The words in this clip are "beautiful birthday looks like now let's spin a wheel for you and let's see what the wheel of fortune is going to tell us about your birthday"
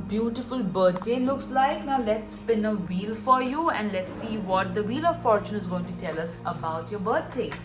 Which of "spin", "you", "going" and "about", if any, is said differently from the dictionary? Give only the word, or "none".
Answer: none